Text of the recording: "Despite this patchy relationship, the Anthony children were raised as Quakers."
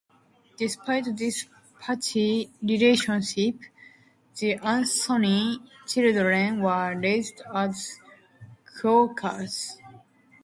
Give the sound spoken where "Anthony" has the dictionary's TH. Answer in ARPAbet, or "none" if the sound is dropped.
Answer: S